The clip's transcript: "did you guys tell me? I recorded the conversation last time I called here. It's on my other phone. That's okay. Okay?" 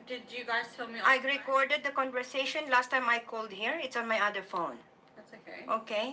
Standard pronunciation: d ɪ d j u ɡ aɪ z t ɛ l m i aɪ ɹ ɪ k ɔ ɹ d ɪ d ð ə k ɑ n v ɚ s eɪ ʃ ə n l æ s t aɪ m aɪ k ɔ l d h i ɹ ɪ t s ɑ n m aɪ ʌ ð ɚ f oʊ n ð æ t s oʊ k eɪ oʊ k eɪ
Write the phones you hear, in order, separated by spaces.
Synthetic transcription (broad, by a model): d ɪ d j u ɡ aɪ z t ɛ l m i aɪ ɹ ɪ k ɔ ɹ d ɪ d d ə k ɑ n v ɚ s eɪ ʃ ə n l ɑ s t aɪ m aɪ k ɔ l d h i ɹ ɪ t s ɑ n m aɪ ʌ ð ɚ f oʊ n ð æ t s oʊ k eɪ oʊ k eɪ